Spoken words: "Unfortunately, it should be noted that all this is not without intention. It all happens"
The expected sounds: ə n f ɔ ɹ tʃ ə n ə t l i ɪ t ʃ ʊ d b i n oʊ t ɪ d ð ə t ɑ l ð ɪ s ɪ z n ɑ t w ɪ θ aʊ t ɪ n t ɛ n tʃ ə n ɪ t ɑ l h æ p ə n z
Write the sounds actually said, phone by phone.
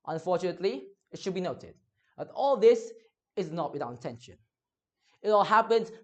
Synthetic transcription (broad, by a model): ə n f ɔ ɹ tʃ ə n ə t l i ɪ t ʃ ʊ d b i n oʊ t ɪ d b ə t ɑ l ð ɪ s ɪ z n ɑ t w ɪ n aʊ ɪ n t ɛ n ʃ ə n ɪ t ɑ l h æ p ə n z